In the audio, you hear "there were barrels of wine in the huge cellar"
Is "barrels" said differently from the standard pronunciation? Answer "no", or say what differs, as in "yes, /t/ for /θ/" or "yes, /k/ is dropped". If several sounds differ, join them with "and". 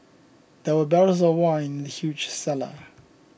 yes, /l/ is dropped